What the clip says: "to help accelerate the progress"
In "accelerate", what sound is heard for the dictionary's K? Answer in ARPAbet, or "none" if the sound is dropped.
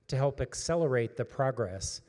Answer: K